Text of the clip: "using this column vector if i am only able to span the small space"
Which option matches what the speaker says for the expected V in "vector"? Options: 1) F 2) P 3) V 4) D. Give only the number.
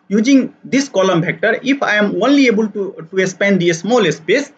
2